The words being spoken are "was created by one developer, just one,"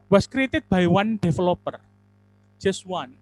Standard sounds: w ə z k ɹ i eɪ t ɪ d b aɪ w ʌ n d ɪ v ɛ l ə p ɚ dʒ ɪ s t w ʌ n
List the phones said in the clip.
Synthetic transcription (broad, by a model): w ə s k ɹ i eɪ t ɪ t b aɪ w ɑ n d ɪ f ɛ l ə p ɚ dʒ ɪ s w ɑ n